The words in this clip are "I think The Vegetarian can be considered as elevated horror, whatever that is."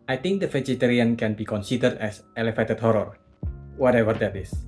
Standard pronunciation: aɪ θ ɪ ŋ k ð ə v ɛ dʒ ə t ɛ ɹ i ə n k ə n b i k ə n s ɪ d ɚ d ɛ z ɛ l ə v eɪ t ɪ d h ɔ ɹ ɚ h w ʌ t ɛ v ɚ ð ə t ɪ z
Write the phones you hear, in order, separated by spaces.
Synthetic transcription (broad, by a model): aɪ t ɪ ŋ k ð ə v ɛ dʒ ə t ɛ ɹ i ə n k ə n b i k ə n s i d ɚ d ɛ s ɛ l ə f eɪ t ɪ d h ɔ ɹ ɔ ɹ w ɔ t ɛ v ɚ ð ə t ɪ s